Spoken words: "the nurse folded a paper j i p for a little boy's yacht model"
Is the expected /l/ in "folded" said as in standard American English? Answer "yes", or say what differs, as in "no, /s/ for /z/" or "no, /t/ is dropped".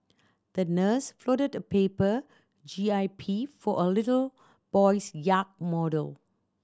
no, /l/ is dropped